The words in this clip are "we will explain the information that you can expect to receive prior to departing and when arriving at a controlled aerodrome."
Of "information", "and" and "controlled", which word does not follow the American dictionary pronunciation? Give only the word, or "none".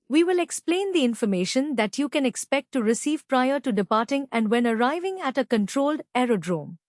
none